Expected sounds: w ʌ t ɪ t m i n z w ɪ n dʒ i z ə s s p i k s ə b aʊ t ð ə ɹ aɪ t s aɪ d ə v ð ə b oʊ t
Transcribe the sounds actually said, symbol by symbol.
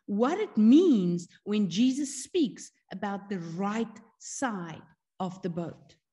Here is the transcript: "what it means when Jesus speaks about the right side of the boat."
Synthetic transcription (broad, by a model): w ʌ t ɪ t m i n z w ɪ n dʒ i z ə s s p i k s ə b aʊ t ð ə ɹ aɪ t s aɪ d ə v ð ə b oʊ t